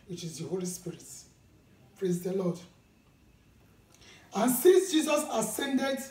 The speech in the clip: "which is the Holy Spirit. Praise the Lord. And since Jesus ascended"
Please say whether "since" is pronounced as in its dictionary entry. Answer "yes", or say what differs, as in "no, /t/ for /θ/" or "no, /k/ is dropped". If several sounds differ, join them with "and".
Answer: no, /n/ is dropped